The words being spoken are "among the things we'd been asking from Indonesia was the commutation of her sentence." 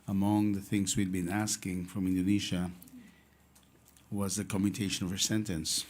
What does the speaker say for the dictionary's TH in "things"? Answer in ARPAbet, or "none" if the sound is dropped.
TH